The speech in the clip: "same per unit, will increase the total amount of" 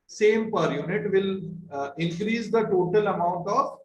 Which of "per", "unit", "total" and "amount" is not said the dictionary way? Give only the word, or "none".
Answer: none